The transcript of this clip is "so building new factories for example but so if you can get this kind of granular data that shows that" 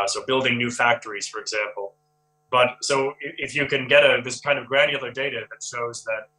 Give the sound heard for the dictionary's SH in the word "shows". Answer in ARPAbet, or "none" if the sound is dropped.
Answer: SH